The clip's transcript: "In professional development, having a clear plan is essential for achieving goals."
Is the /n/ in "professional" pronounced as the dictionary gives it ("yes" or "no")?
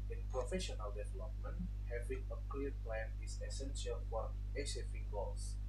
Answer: yes